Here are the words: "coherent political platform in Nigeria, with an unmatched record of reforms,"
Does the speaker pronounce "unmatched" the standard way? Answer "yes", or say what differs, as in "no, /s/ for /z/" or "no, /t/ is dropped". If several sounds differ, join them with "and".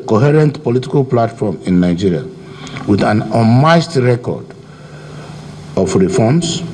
no, /n/ is dropped and /s/ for /tʃ/